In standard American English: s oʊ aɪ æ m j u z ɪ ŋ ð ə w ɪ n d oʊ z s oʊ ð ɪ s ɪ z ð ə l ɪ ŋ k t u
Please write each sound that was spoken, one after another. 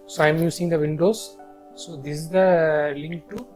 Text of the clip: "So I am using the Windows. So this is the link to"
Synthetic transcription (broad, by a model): s oʊ aɪ m j u s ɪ ŋ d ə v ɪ n d oʊ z s oʊ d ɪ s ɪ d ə l ɪ ŋ k t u